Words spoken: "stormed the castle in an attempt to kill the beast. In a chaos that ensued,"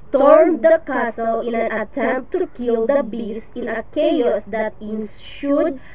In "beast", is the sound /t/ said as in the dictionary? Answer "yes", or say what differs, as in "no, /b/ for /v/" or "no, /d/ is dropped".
no, /t/ is dropped